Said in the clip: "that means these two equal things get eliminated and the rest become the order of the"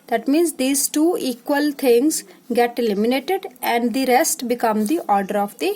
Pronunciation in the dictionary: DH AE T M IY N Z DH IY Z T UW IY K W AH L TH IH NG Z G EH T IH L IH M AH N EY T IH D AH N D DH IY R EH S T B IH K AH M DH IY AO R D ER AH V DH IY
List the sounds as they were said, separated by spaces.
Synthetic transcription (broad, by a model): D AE T M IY N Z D IY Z T UW IY K W AH L T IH NG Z G EH T IH L IH M AH N EY T IH D AH N D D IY R EH S T B IH K AH M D IY AO R D ER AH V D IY